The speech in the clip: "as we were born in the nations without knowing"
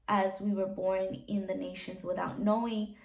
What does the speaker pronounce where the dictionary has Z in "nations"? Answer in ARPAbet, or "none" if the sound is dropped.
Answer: Z